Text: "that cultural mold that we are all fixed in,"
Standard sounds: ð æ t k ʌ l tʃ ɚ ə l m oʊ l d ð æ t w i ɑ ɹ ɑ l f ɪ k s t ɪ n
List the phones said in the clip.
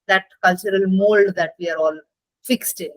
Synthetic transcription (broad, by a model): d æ t k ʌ l tʃ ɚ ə l m oʊ l d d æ t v i ɑ ɹ ɑ l f ɪ k s t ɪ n